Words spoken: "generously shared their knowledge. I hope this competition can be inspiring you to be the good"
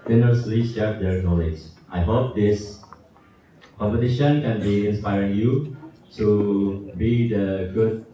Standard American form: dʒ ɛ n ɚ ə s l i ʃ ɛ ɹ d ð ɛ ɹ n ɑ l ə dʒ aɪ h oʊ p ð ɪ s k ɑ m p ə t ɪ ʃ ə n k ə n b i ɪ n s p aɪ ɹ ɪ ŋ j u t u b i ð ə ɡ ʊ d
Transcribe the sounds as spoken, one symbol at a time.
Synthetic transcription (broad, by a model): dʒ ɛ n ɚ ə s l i s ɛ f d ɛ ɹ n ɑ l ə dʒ aɪ h oʊ p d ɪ s k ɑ m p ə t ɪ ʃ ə n k ə n b i ɪ n s p aɪ ɹ ɪ ŋ j u t u b i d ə ɡ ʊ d